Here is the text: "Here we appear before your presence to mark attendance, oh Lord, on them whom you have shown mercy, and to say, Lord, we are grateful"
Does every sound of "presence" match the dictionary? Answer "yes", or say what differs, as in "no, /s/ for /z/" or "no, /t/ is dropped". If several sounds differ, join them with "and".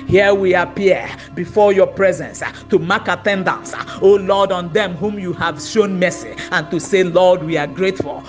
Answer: yes